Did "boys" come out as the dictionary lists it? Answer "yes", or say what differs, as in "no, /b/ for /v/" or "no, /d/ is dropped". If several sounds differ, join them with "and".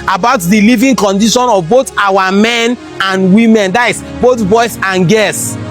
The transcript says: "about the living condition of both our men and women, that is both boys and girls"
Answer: no, /s/ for /z/